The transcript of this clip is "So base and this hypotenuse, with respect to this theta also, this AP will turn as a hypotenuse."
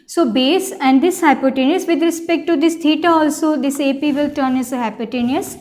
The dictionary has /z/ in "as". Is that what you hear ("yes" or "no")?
no